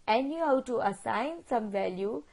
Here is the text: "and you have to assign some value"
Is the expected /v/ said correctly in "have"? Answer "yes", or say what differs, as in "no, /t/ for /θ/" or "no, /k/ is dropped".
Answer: no, /w/ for /v/